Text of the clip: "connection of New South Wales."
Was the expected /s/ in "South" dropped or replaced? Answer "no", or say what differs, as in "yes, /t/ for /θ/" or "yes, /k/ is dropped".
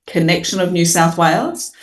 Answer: no